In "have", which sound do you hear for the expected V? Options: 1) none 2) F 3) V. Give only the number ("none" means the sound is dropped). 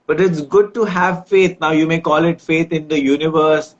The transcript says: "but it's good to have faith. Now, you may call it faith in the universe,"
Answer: 3